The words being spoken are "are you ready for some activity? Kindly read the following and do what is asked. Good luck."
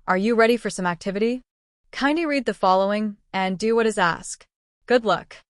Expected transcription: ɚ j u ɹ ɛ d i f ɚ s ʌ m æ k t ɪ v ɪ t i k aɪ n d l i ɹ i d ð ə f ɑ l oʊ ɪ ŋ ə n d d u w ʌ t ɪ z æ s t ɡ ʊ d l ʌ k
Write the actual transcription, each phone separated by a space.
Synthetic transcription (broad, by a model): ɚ j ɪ ɹ ɛ d i f ɚ s ʌ m æ k t ɪ v ɪ t i k aɪ n d i ɹ i d ð ə f ɑ l oʊ ɪ ŋ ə n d d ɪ w ʌ t ɪ z æ s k ɡ ʊ d l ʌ k